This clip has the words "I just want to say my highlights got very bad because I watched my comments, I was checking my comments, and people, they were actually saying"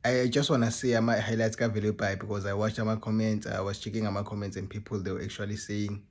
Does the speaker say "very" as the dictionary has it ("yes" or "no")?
no